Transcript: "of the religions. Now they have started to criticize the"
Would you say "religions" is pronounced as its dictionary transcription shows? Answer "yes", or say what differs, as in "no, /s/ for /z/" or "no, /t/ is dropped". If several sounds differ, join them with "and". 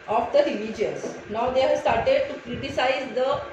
no, /s/ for /z/